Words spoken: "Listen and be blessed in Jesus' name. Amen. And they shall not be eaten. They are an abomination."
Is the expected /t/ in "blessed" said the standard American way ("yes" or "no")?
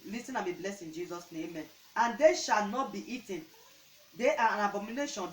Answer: no